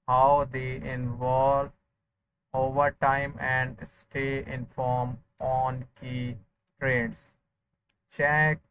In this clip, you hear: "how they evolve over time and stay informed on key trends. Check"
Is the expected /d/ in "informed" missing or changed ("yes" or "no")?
yes